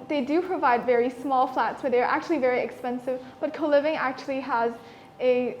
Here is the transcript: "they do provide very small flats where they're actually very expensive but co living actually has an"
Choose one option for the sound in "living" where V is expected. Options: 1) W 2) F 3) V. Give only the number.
3